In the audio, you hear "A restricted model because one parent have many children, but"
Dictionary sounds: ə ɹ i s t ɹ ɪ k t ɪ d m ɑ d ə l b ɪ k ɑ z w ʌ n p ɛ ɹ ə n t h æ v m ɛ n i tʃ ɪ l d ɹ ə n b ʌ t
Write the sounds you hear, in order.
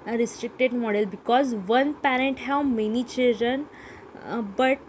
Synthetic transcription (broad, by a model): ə ɹ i s t ɹ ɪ k t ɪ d m ɑ d ə l b ɪ k ɑ z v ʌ n p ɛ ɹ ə n t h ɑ w m ɛ n i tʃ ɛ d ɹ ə n b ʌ t